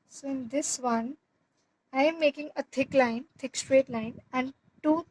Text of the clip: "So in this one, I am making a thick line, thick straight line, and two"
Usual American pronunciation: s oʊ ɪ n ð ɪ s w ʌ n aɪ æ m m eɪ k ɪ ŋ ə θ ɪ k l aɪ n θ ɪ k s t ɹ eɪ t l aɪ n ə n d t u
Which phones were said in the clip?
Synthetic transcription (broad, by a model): s oʊ ɪ n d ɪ s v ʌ n aɪ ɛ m m eɪ k ɪ ŋ ə t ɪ k l aɪ n t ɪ k s t ɹ eɪ t l aɪ n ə n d t u